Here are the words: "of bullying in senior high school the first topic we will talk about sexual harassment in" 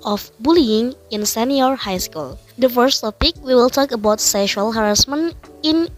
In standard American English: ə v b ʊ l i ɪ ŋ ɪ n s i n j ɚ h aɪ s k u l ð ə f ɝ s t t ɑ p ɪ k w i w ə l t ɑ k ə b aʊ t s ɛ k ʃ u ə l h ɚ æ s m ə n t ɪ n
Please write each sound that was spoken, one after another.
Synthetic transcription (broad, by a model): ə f b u l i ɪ ŋ ɪ n s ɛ n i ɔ h aɪ s k u l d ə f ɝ s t t ɑ p ɪ k w i w ə l t ɑ k ə b aʊ t s ɛ k ʃ u ə l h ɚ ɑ s m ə n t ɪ n